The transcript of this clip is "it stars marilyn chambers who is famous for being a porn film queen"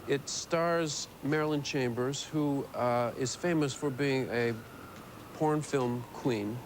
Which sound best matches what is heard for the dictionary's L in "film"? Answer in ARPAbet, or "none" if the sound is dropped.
L